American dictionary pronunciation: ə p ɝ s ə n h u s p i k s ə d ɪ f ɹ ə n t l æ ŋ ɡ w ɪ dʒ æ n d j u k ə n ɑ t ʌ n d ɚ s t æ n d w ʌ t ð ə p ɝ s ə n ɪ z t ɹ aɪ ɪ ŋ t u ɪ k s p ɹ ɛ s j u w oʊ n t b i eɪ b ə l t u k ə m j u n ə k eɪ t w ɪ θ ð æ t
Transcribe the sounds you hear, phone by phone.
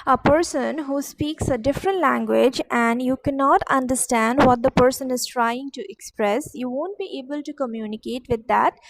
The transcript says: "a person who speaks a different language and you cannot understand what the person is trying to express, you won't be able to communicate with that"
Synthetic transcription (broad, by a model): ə p ɝ s ə n h u s p i k s ə d ɪ f ɹ ə n t l æ ŋ ɡ w ɪ dʒ æ n d j u k ə n ɑ t ʌ n d ɚ s t æ n d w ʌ t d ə p ɝ s ə n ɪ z t ɹ aɪ ɪ ŋ t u ɪ k s p ɹ ɛ s j u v oʊ n t b i eɪ b ə l t u k ə m j u n ə k eɪ t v ɪ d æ t